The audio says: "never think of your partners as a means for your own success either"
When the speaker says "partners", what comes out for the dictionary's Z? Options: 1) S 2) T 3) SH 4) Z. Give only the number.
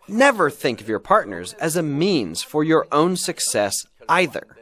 4